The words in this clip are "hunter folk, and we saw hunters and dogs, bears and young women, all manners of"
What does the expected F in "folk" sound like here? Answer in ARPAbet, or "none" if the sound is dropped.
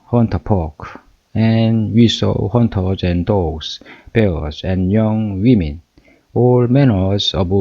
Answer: P